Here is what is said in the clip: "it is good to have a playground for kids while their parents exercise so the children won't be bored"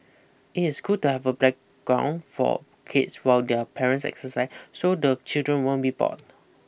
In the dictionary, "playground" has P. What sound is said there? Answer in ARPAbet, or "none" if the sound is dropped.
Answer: B